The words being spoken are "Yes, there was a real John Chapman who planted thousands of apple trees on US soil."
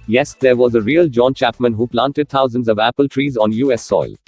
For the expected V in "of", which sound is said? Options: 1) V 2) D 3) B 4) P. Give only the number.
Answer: 1